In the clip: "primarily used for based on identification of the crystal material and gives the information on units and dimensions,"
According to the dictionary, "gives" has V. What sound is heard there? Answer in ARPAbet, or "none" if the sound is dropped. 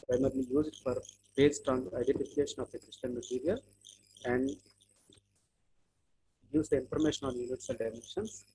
none